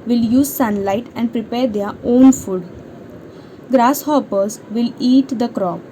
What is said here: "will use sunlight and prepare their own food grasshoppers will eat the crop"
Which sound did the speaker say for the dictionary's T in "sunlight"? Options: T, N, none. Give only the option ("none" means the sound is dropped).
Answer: T